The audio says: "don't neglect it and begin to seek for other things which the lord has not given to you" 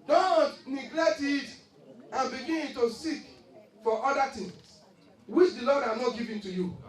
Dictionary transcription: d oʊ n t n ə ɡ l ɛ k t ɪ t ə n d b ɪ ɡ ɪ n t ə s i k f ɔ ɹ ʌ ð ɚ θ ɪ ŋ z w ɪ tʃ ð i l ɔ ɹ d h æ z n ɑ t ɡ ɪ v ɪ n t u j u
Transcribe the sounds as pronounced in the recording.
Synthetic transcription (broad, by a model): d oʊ n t n ə ɡ l ɛ k t ɪ t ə n b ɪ ɡ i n t ə s i k f ɔ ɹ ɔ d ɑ t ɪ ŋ s w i tʃ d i l ɔ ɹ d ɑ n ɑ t ɡ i v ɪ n t u j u